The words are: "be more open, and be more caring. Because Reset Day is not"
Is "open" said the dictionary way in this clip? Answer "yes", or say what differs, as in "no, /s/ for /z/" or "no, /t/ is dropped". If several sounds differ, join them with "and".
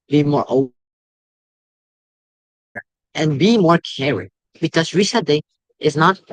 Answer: no, /n/ is dropped